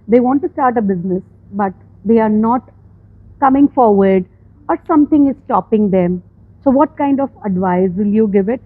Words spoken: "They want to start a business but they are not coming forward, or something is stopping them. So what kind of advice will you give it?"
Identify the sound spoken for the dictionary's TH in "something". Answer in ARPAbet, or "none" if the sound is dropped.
T